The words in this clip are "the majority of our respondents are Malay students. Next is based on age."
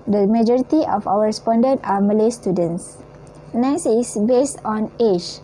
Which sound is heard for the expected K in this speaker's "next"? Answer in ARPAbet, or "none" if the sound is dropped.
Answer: none